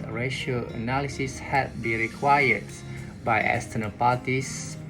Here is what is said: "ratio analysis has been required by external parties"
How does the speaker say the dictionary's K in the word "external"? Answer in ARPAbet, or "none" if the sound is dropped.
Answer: none